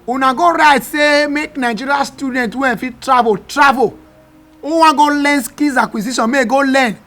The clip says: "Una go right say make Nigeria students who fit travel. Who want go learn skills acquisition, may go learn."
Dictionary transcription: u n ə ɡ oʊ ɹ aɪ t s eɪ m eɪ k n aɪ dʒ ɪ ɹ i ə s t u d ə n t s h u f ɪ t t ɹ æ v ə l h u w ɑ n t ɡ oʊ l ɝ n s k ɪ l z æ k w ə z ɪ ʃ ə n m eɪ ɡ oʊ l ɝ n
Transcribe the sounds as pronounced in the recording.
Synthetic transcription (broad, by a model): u n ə ɡ oʊ ɹ aɪ t s eɪ m eɪ k n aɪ dʒ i ɹ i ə s t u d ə n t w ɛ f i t t ɹ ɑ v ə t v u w ɑ ɡ oʊ l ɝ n s k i z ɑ k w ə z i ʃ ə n m eɪ ɡ oʊ l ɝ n